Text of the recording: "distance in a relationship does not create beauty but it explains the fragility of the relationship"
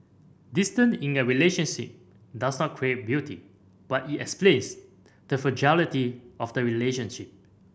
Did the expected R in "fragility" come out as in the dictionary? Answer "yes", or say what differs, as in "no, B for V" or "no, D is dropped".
no, R is dropped